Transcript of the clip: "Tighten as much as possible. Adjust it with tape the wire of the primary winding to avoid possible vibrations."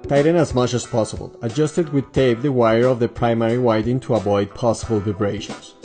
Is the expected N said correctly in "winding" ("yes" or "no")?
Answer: no